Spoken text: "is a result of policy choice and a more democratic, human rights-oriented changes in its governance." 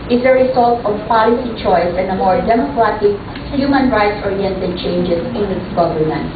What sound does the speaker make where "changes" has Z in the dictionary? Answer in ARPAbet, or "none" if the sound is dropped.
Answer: S